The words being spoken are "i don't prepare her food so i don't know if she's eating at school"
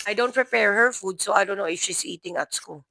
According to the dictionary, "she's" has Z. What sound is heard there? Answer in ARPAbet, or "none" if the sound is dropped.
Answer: S